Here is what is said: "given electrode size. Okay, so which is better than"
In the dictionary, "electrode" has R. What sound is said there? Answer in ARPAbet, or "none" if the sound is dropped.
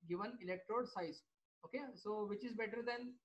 R